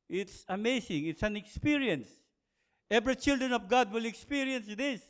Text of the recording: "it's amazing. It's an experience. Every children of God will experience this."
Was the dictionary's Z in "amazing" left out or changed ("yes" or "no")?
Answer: yes